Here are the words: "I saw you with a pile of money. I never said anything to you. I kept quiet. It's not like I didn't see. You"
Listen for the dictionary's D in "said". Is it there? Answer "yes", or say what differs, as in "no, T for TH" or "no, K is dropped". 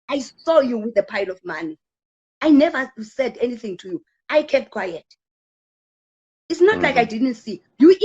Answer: yes